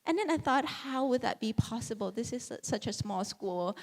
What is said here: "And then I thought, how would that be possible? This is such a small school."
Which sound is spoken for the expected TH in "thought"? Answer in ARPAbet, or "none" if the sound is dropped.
TH